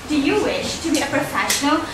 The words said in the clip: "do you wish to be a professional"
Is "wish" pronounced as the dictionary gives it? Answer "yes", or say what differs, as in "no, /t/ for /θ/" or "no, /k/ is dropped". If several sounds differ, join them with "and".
yes